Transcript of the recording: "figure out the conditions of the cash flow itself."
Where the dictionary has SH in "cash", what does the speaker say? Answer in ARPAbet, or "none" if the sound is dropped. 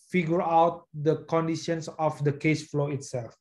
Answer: S